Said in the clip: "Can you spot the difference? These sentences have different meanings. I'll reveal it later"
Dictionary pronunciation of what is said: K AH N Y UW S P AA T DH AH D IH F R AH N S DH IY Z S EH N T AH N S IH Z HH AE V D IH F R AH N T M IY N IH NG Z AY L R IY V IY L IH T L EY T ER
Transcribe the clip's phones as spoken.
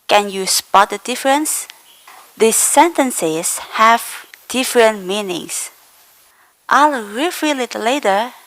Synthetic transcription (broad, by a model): K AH N Y UW S P AA T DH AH D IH F R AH N S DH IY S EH N T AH N S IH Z HH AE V D IH F R AH N T M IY N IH NG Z AY L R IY F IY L IH T L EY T ER